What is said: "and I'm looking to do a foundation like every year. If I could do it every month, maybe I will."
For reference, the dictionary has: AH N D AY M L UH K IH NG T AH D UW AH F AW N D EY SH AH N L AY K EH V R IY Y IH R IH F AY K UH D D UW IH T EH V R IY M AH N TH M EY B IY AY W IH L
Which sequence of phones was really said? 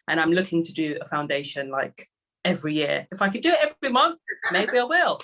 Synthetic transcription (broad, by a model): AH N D AY M L UH K IH NG T AH D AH AH F AW N D EY SH AH N L AY K EH V R IY Y IH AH IH F AY K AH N D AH IH T EH V R IY M AH N TH M EY B IY AY W IH L